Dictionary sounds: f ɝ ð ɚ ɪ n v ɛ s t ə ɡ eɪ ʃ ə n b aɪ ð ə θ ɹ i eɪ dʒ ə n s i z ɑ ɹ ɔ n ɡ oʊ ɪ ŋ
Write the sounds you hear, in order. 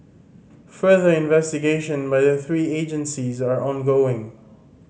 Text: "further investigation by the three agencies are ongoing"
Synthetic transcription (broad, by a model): f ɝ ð ɚ ɪ n v ɛ s t ə ɡ eɪ ʃ ə n b aɪ ð ə θ ɹ i eɪ dʒ ə n s i z ɑ ɹ ɔ n ɡ oʊ ɪ ŋ